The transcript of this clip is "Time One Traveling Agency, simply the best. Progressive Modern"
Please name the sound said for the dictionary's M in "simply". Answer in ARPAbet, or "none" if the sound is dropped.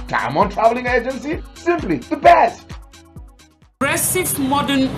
M